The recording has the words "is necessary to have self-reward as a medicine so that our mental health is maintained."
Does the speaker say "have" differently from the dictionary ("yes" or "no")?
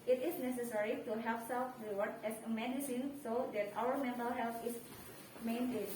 yes